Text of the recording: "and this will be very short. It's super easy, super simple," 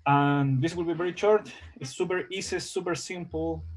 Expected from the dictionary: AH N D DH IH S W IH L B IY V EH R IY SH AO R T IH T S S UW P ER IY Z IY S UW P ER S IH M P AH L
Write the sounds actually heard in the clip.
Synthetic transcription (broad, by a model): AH N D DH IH S W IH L B IY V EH R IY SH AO R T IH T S S UW P ER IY S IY S UW P ER S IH M P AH L